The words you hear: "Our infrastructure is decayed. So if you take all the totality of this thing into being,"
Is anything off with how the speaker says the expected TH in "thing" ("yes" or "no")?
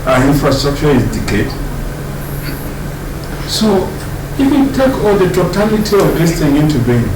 yes